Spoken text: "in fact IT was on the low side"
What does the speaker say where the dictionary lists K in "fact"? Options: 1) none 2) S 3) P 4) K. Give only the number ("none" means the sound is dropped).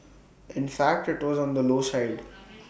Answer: 4